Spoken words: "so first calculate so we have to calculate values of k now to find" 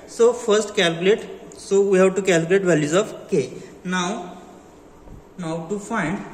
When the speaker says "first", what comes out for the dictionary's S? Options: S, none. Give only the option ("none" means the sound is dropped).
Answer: S